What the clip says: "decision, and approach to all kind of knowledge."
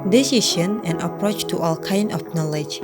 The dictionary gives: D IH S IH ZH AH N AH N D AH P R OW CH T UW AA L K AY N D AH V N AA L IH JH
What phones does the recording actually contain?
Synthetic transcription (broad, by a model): D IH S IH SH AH N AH N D AH P R OW CH T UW AA L K AY N D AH F N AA L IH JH